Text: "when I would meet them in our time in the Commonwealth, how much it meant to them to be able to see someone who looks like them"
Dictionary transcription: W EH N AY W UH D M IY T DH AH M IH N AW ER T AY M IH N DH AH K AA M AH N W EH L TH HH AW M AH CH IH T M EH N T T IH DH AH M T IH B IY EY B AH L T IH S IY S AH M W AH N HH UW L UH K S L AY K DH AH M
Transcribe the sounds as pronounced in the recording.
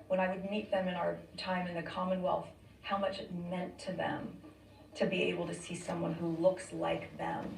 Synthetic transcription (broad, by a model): W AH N AY W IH D M IY T DH AH M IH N AW ER T AY M IH N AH K AA M AH N W EH L TH HH AW M AH CH IH T M EH N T T IH DH AH M T IH B IY EY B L T IH S IY S AH M W AH N HH UW L UH K S L AY K DH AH M